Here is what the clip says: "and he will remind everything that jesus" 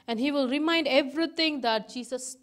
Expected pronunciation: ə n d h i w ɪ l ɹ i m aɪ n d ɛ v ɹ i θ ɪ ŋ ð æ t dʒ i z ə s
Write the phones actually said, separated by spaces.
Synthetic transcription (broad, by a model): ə n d h i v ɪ l ɹ i m aɪ n d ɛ v ɹ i t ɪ ŋ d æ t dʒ i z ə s